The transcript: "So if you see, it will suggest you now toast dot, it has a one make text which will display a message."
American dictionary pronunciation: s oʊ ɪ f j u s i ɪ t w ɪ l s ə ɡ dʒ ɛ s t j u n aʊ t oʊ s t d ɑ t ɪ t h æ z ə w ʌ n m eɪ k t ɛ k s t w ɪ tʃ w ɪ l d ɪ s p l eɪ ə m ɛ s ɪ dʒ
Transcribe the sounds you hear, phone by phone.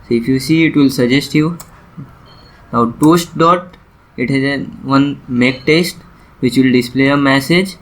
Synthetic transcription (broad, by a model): s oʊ ɪ f j u s i ɪ t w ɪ l s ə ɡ dʒ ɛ s t j u n aʊ t oʊ s t d ɑ t ɪ t h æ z ə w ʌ n m eɪ k t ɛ s t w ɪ tʃ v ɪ l d ɪ s p l eɪ ə m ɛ s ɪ dʒ